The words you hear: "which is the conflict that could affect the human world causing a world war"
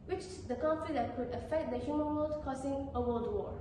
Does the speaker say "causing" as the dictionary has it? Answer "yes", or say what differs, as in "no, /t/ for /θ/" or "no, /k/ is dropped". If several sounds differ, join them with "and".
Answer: no, /s/ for /z/